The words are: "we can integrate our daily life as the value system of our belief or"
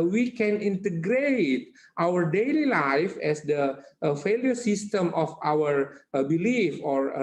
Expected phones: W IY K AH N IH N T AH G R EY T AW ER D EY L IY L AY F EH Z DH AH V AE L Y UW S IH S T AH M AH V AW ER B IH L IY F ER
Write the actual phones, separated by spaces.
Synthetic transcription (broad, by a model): W IY K AH N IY N T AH G R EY T AW ER D EY L IY L AY F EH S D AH F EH L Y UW S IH S T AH M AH F AW ER B IH L IY F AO